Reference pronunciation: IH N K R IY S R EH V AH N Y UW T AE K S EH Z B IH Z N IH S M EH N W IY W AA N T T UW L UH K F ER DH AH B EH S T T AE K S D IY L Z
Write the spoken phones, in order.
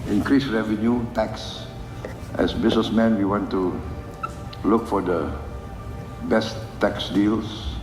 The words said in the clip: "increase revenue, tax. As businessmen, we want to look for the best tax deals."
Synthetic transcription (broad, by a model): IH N K R IY S R EH V AH N Y UW T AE K S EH S B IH S N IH S M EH N W IY W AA N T T UW L UH K F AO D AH B EH S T T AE K S D IY L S